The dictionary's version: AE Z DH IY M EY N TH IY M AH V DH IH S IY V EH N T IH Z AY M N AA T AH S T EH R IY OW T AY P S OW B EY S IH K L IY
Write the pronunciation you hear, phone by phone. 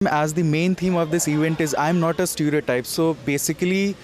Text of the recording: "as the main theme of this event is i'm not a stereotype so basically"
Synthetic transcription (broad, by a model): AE Z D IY M EY N T IY M AH V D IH S IY V EH N T IH Z AY M N AA T AH S T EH R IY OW T AY P S OW B EY S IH K L IY